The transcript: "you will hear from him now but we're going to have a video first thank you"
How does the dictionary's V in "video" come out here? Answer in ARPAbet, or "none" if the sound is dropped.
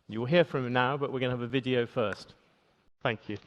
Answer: V